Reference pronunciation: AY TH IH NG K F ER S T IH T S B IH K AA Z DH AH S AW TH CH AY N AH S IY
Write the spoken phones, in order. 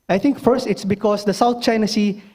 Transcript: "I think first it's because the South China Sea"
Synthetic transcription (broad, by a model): AY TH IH NG K F ER S T IH T S B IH K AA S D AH S AW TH CH AY N AH S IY